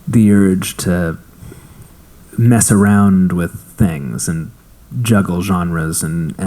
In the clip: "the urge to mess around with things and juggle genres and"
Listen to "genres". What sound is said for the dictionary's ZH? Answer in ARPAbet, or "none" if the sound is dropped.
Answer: ZH